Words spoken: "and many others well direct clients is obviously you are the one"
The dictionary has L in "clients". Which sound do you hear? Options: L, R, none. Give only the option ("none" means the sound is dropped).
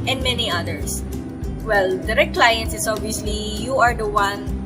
L